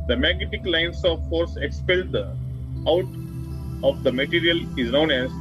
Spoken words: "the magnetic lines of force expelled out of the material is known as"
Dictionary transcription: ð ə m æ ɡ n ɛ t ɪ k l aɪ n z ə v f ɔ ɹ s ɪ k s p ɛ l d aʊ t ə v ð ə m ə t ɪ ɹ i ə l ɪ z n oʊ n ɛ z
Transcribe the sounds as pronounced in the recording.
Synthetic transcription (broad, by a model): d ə m æ ɡ n ɛ t ɪ k l aɪ n s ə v f ɔ ɹ s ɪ k s p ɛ l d aʊ t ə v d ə m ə t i ɹ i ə l ɪ z n oʊ n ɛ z